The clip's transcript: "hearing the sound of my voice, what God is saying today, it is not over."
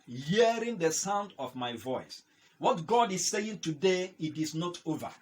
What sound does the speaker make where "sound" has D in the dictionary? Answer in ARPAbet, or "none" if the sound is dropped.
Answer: D